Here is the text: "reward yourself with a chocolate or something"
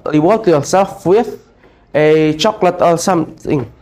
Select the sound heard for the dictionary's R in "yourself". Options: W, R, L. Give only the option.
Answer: L